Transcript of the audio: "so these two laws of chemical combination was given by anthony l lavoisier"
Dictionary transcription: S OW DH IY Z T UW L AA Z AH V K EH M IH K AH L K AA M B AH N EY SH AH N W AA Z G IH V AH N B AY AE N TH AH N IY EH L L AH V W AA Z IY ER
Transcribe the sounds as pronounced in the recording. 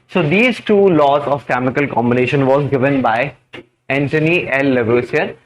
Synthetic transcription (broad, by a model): S OW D IY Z T UW L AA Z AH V K EH M IH K AH L K AA M B AH N EY SH AH N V AA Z G IH V AH N B AY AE N T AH N IY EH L L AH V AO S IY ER